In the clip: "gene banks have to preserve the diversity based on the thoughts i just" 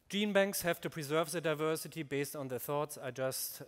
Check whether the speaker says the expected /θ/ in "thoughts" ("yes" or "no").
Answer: yes